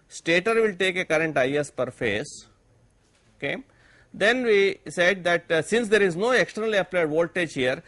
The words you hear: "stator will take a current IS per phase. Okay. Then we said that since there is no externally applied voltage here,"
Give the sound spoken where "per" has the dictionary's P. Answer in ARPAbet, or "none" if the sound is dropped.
P